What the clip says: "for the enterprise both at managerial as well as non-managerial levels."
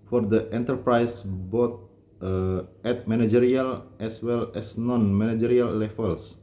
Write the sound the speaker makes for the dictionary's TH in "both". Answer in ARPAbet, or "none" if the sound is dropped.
T